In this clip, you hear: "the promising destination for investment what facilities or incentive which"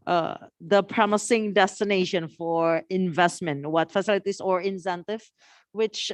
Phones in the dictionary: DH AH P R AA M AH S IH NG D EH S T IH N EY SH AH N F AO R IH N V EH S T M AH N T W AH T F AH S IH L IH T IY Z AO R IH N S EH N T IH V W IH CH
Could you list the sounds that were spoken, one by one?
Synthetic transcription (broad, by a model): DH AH P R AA M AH S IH NG D EH S T IH N EY SH AH N F AO R IH N V EH S T M AH N T W AH T F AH S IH L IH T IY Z AO R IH N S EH N T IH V W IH CH